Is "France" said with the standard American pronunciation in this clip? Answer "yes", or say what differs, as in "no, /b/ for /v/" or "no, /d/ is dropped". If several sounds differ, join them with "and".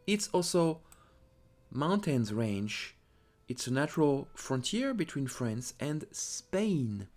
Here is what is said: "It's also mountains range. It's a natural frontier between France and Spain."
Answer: yes